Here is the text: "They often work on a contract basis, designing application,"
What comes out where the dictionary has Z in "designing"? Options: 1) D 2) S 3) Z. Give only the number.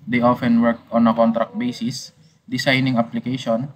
2